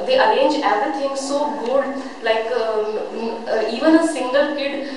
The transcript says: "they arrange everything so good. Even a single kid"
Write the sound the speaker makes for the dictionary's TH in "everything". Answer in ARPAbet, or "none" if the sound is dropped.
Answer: T